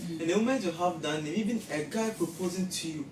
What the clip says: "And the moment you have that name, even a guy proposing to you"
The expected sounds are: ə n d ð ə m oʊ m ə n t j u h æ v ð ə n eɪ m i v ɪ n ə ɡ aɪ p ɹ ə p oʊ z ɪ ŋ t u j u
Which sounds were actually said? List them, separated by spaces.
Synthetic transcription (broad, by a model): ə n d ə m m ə t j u h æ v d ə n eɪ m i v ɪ n ə ɡ aɪ p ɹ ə p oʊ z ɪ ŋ t u j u